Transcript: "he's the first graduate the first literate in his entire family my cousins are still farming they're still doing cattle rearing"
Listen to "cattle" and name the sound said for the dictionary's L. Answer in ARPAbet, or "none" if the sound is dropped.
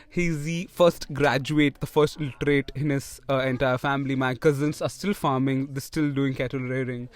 L